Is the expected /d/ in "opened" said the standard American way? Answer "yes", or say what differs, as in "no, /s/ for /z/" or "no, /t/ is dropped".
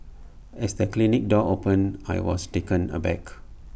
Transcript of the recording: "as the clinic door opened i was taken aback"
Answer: no, /d/ is dropped